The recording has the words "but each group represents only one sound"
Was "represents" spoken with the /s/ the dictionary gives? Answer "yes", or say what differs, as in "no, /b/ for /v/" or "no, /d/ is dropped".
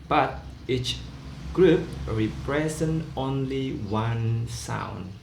no, /s/ is dropped